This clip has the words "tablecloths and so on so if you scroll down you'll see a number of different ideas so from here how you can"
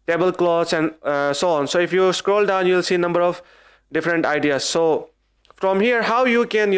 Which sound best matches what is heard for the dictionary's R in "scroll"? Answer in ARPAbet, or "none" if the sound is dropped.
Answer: R